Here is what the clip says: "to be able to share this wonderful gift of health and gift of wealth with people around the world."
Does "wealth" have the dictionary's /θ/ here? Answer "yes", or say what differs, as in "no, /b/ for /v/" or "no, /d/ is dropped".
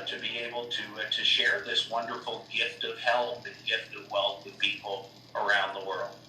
yes